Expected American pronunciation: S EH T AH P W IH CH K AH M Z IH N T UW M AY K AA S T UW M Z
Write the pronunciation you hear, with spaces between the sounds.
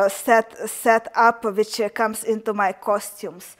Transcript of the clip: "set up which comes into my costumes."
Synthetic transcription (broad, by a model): S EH T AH P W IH CH K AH M S IH N T UW M AY K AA S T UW M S